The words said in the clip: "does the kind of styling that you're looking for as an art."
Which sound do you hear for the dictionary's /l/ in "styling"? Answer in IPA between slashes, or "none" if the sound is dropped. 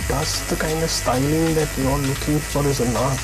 /n/